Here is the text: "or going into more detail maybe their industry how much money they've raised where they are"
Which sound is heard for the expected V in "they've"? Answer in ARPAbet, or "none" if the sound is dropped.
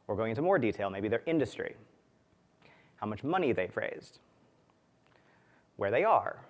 F